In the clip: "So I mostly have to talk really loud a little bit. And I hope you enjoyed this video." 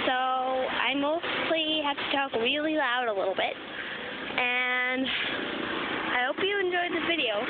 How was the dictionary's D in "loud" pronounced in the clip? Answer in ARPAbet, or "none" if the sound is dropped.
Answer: D